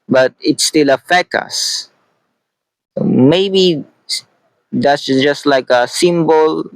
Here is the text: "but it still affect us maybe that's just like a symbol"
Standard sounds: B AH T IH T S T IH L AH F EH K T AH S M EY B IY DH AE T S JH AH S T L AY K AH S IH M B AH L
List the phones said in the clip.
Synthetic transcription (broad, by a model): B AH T IH T S T IH L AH F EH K AH S M EY B IY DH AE T S JH AH S T L AY K AH S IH M B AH L